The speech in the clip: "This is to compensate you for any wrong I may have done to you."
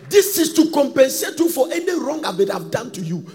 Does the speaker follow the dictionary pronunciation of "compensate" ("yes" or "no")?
yes